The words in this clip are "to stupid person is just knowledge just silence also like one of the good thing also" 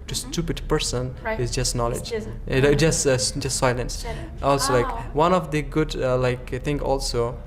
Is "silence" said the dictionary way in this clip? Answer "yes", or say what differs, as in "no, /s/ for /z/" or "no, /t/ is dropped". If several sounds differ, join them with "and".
yes